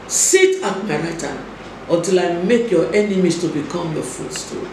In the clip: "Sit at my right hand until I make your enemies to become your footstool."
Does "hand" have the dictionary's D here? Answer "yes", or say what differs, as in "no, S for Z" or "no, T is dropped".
no, D is dropped